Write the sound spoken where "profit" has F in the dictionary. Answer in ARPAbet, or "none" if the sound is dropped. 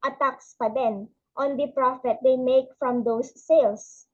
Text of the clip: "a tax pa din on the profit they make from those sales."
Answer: F